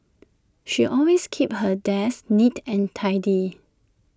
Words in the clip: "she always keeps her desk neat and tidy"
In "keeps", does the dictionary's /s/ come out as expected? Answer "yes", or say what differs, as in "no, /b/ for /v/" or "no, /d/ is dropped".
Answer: no, /s/ is dropped